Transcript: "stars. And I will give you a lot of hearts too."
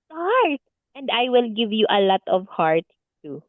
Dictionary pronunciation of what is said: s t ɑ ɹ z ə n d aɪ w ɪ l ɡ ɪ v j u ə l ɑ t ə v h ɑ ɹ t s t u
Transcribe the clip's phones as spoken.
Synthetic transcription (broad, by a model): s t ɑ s ə n d aɪ w ɪ l ɡ ɪ v j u ə l ɑ t ə v h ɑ ɹ t t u